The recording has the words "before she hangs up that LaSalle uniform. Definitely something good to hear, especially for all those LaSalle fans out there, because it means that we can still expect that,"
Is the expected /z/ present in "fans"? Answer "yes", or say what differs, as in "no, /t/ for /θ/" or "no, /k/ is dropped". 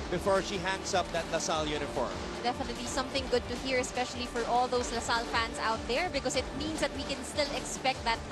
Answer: no, /s/ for /z/